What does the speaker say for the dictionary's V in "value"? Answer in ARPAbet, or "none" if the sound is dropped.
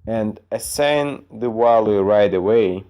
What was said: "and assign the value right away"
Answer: W